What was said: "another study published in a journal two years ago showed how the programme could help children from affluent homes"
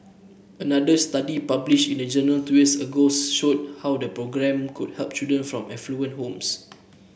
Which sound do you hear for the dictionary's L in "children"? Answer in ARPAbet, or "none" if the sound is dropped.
none